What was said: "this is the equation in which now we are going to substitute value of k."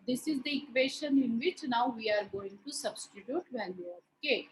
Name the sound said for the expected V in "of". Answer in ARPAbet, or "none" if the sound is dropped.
P